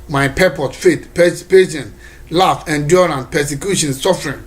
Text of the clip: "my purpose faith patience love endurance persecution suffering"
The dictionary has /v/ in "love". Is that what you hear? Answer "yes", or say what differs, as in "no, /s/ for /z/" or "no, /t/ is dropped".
no, /f/ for /v/